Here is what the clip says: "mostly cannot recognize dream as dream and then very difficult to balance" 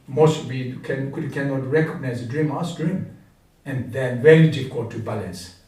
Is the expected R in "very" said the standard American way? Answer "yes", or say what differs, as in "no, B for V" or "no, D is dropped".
no, L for R